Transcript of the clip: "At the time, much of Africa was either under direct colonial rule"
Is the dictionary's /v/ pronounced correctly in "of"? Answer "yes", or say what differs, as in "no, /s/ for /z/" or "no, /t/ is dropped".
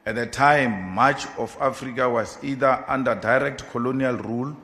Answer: no, /f/ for /v/